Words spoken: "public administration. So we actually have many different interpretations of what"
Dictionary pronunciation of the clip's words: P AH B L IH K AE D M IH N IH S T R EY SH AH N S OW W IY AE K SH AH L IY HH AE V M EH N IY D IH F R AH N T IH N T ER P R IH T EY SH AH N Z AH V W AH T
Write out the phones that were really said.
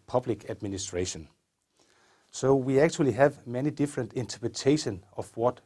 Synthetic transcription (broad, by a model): P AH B L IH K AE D M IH N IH S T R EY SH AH N S OW W IY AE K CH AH L IY HH AE V M EH N IY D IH F R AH N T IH N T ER P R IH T EY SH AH N AH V W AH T